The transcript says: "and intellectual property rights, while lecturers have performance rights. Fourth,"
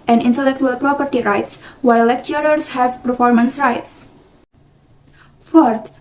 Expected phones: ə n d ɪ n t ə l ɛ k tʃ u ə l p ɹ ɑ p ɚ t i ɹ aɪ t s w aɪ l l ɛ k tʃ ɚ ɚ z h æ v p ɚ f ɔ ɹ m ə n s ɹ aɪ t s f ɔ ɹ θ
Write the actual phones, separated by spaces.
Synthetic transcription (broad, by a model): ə n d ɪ n t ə l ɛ k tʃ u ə l p ɹ ɑ p ɚ t i ɹ aɪ t s w aɪ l l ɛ k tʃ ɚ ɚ s h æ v p ɚ f ɔ ɹ m ə n s ɹ aɪ t s f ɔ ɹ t